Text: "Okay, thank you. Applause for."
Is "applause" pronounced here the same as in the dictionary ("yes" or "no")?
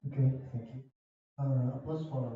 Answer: no